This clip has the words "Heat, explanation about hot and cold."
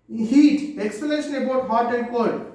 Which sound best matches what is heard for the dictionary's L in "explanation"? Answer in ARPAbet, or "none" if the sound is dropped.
none